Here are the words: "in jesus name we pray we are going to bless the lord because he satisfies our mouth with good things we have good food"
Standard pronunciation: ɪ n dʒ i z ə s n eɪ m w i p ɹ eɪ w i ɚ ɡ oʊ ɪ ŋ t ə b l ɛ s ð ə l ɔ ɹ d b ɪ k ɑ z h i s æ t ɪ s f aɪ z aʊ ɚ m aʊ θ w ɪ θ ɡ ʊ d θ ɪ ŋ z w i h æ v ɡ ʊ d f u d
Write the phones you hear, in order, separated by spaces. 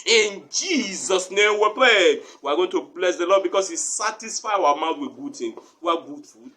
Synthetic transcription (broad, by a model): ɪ n dʒ i z ə s n eɪ m w i p ɹ eɪ w i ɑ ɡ oʊ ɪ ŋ t ə b l ɛ s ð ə l ɔ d b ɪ k ɑ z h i s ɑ t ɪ s f aɪ aʊ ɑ m aʊ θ w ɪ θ ɡ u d t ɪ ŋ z w i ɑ ɡ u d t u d